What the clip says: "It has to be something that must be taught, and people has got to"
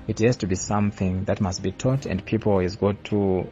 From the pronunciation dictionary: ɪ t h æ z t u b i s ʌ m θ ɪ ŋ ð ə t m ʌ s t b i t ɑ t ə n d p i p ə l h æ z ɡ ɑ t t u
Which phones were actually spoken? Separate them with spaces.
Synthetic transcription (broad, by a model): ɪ t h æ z t u b i s ʌ m θ ɪ ŋ ð ə t m ʌ s t b i t ɑ t ə n d p i p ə l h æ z ɡ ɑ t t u